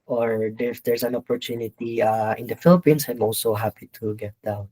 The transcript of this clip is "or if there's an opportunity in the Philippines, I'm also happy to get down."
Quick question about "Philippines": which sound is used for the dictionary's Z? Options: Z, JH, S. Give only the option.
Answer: S